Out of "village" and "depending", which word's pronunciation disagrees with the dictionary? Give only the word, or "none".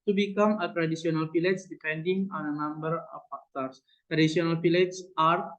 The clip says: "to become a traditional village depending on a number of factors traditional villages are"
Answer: village